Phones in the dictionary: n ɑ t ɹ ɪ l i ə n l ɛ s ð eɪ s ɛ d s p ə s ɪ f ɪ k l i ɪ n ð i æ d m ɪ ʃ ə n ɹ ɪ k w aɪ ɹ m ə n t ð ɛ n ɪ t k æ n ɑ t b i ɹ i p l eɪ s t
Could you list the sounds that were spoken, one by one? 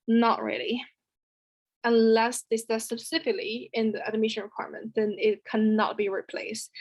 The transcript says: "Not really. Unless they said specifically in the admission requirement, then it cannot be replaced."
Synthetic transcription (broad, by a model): n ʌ t ɹ ɪ l i ə n l ɛ s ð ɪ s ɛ s ə s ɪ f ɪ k l i ɪ n ð i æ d m ɪ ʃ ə n ɹ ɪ k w aɪ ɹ m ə n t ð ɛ n ɪ t k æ n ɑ t b i ɹ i p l eɪ s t